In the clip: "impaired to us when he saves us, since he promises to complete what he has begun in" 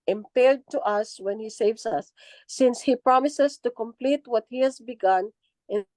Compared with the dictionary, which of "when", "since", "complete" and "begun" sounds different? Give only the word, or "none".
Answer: none